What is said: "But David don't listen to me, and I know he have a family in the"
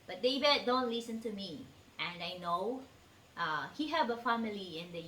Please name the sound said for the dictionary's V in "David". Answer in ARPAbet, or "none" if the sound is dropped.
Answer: B